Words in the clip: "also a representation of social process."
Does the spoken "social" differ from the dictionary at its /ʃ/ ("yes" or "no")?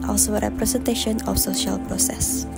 no